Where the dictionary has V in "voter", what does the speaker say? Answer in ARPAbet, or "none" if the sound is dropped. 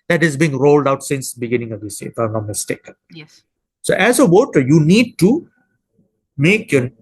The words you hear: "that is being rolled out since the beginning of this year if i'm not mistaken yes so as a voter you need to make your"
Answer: W